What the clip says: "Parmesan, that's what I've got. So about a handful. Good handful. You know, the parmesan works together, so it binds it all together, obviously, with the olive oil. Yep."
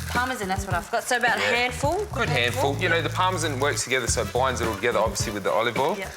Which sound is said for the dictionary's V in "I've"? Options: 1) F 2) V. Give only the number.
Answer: 1